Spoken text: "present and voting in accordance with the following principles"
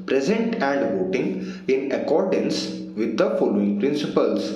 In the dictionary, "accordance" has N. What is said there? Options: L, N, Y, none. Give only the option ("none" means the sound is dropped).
N